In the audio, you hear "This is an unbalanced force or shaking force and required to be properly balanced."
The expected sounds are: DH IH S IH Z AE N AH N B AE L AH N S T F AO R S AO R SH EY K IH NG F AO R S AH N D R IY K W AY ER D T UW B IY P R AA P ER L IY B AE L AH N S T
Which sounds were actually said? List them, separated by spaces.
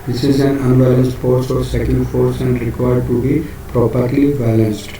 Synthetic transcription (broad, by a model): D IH S IH Z AE N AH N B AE L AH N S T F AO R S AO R S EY K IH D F AO R S AH N D R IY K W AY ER D T UW B IY P R AA P ER L IY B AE L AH N S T